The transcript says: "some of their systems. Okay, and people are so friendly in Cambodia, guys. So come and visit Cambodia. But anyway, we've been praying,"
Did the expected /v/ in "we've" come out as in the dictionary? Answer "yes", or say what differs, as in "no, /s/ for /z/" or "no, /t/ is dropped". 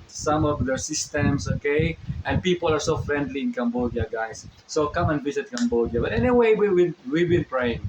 no, /w/ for /v/